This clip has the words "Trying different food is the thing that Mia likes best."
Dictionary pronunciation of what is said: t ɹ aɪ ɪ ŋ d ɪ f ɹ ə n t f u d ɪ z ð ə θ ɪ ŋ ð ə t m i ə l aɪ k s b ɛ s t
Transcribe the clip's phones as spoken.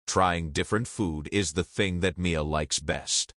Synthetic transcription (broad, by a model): t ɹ aɪ ɪ ŋ d ɪ f ɹ ə n t f u d ɪ z ð ə θ ɪ ŋ ð ə t m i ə l aɪ k s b ɛ s t